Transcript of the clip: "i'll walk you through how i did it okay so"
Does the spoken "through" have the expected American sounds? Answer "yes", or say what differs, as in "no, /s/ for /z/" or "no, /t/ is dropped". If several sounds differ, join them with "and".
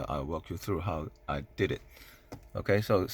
yes